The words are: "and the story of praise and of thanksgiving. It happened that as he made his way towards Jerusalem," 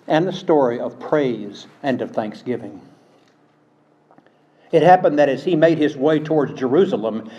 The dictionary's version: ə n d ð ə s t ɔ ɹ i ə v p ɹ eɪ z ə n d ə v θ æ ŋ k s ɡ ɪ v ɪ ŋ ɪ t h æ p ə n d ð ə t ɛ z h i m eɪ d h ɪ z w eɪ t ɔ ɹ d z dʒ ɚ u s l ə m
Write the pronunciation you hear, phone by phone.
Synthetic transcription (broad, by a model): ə n ð ə s t ɔ ɹ i ə v p ɹ eɪ z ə n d ə v θ æ ŋ k s ɡ ɪ v ɪ ŋ ɪ t h æ p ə n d ð ə t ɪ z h i m eɪ d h ɪ z w eɪ t ɔ ɹ d z dʒ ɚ u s l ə m